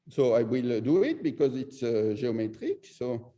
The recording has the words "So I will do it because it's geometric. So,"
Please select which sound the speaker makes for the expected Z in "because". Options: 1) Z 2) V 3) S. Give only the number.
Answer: 1